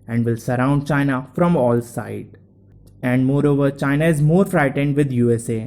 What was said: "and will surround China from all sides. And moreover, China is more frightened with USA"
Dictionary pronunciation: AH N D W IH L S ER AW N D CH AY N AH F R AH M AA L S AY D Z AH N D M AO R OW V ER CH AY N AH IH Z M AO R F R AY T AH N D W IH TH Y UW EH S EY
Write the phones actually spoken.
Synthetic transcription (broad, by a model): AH N D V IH L S ER AW N D CH AY N AH F R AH M AA L S AY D AH N D M AO R OW V ER CH AY N AH IH Z M AO R F R AY T AH N D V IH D Y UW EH S EY